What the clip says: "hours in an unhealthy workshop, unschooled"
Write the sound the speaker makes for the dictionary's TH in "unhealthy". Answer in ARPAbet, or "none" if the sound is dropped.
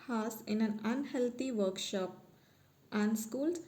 T